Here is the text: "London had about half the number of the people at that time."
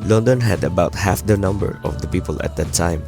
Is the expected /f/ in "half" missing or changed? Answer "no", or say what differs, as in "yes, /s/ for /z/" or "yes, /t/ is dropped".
no